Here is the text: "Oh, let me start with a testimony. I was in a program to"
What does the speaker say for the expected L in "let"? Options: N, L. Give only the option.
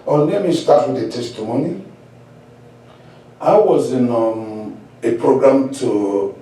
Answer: N